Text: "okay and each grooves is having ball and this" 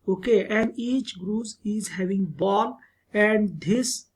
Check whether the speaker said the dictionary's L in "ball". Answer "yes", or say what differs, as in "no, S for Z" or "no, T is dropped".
yes